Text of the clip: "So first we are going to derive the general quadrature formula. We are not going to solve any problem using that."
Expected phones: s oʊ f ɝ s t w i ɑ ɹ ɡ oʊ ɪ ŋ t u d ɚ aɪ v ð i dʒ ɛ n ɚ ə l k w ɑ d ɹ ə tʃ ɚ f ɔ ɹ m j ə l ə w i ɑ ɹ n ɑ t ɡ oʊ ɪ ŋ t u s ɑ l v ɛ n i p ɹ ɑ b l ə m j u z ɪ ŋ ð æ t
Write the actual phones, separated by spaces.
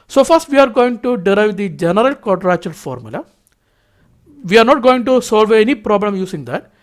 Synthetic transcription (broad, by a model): s oʊ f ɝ s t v i ɑ ɹ ɡ oʊ ɪ ŋ t u d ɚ aɪ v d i dʒ ɛ n ɚ ə l k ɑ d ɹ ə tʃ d f ɔ ɹ m j ə l ə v i ɑ ɹ n ɑ t ɡ oʊ ɪ ŋ t u s ɑ l v ɛ n i p ɹ ɑ b l ə m j u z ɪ ŋ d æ t